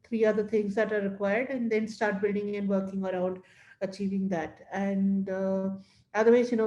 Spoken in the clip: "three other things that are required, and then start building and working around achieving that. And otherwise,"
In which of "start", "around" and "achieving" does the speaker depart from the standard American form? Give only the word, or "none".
none